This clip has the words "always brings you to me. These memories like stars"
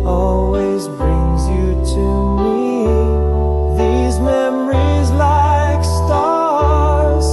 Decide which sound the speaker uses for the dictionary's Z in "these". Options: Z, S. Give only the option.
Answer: Z